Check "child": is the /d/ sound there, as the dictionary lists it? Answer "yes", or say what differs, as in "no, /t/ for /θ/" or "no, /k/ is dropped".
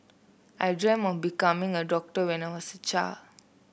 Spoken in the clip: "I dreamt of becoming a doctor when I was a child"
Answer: no, /d/ is dropped